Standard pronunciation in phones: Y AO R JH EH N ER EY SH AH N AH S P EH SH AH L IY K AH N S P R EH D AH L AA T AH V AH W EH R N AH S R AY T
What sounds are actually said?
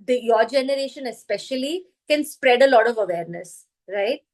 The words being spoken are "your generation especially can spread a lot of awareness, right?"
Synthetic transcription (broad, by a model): Y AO R JH EH N ER EY SH AH N AH S P EH SH AH L IY K AH N S P R EH D AH L AA T AH V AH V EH R N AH S R AY T